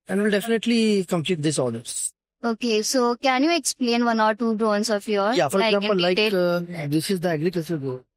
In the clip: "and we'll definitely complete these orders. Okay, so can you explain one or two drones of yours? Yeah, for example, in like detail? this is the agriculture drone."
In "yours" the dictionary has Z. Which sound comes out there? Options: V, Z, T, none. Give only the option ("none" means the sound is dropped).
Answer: none